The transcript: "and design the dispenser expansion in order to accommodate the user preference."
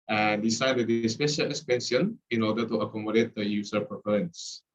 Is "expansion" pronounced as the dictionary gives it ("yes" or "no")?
no